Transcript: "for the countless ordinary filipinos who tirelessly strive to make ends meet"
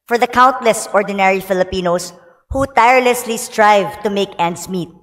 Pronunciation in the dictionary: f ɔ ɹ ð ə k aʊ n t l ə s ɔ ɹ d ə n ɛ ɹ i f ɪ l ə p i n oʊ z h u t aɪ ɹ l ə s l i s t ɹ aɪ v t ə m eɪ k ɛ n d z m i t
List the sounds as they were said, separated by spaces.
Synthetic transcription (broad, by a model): f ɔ ɹ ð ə k aʊ n t l ə s ɔ ɹ d ə n ɛ ɹ i f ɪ l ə p i n oʊ s h u t aɪ ɹ l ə s l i s t ɹ aɪ v t ə m eɪ k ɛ n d s m i t